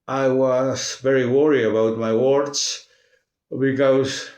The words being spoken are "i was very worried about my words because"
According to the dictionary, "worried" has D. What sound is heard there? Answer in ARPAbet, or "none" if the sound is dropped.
none